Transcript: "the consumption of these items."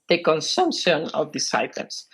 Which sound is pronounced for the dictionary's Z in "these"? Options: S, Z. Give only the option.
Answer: S